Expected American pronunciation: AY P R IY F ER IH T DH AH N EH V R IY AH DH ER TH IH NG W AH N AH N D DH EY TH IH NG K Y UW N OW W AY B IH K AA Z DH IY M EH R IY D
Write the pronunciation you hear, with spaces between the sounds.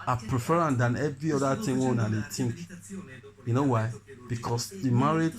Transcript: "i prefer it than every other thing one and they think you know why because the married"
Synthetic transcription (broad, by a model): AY P R IY F ER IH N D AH N EH V R IY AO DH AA T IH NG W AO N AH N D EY T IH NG K Y UW N OW W AY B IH K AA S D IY M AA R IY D